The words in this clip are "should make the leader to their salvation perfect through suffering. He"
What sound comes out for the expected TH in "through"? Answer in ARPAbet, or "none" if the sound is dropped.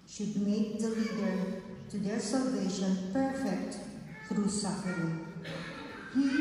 F